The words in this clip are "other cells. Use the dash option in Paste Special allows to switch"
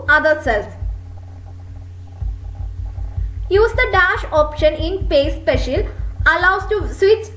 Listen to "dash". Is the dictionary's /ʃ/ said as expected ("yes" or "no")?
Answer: yes